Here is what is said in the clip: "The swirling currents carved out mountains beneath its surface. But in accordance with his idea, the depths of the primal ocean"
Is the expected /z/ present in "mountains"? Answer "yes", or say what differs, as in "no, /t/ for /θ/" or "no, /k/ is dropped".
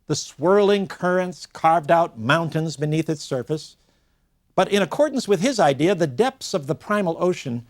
yes